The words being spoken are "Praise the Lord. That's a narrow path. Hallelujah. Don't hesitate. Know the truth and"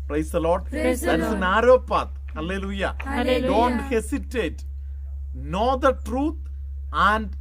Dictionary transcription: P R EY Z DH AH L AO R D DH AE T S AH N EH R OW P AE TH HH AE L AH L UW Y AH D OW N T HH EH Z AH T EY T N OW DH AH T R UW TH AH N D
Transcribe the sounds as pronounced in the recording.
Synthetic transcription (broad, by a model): P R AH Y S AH L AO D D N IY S AH N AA R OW P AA T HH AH L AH L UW Y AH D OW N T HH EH S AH T EY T N OW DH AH T R UW T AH N D